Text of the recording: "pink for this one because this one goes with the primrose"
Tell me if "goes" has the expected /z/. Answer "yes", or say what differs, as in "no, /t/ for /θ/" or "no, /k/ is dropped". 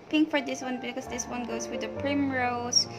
no, /s/ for /z/